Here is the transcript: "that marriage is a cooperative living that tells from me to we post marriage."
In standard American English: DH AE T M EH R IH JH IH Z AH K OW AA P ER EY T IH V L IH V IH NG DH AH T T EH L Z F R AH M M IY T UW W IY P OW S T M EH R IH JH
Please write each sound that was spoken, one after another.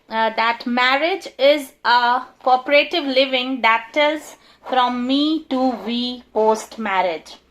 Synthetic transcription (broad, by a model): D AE T M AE R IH JH IH Z AH K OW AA P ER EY T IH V L IH V IH NG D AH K T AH Z F R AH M M IY T UW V IY P OW S T M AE R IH JH